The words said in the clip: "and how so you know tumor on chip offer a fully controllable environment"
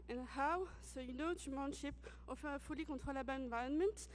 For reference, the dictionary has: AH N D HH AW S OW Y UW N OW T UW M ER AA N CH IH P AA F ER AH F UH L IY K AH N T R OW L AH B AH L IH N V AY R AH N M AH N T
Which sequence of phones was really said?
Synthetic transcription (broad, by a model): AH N HH AW S OW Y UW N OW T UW M AA N SH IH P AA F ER AH F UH L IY K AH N T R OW L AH B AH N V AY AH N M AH N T